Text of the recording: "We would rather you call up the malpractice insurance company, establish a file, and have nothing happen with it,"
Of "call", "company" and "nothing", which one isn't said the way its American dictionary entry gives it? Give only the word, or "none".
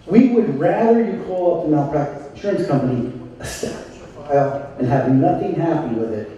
none